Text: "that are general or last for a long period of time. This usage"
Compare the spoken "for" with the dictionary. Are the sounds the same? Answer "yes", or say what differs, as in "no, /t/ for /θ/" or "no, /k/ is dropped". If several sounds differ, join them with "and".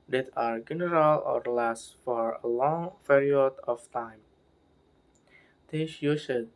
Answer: yes